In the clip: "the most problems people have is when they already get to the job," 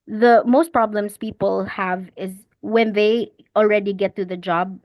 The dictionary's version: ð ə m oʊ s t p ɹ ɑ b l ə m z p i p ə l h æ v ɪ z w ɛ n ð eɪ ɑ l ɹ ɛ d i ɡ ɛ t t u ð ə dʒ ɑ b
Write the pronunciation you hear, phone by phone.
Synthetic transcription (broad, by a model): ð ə m oʊ s t p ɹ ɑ b l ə m s p i p ə l h æ v ɪ z w ɛ n ð eɪ ɑ l ɹ ɛ d i ɡ ɛ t t u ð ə dʒ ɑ b